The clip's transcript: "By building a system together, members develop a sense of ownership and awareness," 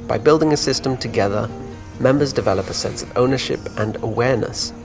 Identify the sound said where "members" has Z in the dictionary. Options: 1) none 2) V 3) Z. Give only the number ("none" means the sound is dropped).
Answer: 3